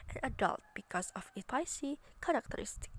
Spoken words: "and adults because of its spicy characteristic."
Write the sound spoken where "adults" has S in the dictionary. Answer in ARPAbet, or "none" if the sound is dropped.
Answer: none